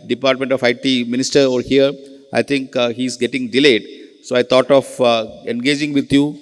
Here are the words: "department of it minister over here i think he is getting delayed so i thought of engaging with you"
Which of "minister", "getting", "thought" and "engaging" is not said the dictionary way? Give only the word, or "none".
thought